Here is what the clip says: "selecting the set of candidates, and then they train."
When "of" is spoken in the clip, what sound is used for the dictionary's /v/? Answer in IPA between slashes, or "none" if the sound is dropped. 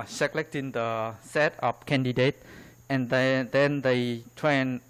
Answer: /p/